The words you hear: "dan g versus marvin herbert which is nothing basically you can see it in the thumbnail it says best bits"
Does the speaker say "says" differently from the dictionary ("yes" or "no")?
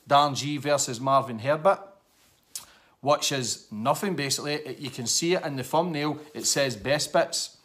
no